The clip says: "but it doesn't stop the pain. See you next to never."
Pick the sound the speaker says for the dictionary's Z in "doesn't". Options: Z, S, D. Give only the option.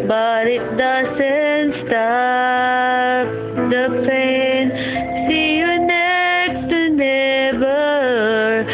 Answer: S